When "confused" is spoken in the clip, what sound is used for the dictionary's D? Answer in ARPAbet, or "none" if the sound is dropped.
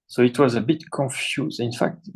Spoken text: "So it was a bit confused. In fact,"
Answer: none